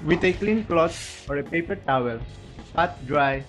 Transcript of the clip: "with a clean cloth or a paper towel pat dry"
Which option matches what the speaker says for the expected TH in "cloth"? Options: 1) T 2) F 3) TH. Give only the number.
1